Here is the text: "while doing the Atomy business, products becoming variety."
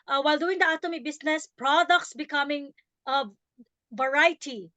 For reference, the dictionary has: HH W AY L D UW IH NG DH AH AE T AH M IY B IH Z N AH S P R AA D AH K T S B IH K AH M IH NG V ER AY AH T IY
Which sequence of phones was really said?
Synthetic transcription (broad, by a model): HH W AY L D UW IH NG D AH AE T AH M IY B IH S N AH S P R AA D AH K T S B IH K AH M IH NG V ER AY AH T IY